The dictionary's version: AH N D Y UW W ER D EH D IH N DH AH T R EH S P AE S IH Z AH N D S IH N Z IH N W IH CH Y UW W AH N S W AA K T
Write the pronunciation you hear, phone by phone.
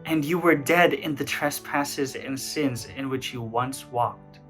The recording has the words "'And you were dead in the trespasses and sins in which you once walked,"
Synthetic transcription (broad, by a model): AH N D Y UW W ER D EH D IH N DH AH T R EH S P AE S IH Z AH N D S IH N Z IH N W IH CH Y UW W AH N S W AA K T